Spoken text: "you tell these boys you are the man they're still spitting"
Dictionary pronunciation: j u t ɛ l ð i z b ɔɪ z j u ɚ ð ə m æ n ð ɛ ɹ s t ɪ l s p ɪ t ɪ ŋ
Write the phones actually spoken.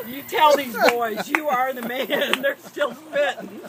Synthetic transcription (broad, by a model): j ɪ t ɛ l ð i z b ɔɪ z j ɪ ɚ ð ə m æ n ð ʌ ɹ s t ɪ l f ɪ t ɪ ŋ